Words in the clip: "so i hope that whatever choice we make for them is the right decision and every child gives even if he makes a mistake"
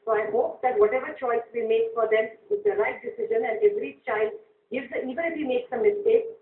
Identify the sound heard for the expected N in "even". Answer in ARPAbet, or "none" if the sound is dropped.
none